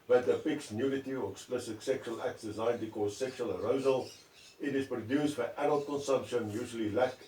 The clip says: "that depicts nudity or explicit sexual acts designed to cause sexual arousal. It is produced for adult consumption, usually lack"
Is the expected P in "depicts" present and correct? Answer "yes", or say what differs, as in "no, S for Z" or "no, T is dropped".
no, F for P